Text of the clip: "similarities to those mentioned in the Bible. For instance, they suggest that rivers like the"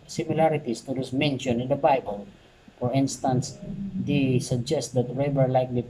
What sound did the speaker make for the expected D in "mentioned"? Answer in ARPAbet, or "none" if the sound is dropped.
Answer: none